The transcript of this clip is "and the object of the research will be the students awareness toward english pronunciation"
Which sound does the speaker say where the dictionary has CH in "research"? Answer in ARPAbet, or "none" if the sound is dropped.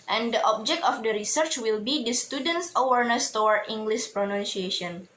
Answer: CH